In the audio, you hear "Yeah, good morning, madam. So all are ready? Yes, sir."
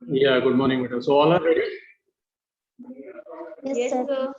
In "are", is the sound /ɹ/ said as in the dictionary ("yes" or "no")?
no